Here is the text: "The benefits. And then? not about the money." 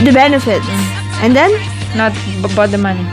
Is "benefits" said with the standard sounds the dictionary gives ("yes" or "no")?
no